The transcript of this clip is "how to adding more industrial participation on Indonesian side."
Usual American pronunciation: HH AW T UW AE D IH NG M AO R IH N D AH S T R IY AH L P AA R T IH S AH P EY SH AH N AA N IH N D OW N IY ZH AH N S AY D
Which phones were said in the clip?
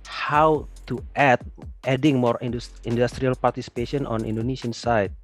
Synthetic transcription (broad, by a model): HH AW T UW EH D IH NG M AO R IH N D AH S T R IY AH L P AA R T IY S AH P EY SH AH N AA N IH N D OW N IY S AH N S AY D